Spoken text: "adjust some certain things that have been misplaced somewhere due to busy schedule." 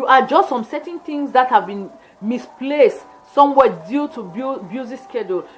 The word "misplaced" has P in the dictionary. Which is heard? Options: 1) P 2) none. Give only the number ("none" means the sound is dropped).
1